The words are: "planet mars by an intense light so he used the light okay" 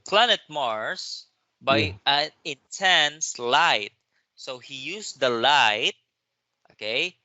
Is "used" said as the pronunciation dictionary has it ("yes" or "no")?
no